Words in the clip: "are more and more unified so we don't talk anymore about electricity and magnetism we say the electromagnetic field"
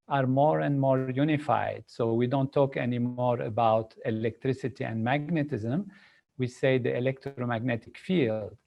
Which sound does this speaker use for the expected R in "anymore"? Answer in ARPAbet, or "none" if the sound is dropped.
R